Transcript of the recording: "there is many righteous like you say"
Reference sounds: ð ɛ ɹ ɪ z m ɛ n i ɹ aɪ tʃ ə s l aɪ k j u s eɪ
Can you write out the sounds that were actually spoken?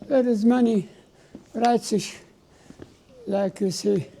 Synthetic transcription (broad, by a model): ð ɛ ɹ ɪ z m ɛ n i ɹ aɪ s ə ʃ l aɪ k j u s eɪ